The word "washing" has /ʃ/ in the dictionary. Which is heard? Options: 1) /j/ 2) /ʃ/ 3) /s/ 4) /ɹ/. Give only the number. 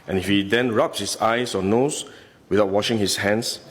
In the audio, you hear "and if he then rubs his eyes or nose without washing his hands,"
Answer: 2